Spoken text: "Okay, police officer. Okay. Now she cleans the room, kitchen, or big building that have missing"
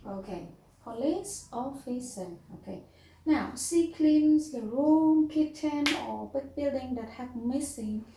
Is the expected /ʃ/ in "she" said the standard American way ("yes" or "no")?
no